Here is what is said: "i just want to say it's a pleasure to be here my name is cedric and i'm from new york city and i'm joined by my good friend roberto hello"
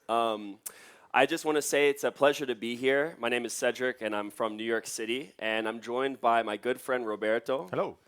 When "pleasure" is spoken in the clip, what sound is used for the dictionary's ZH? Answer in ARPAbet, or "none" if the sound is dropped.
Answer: ZH